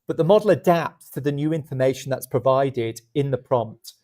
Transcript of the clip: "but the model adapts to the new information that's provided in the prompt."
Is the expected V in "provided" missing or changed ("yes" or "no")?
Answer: no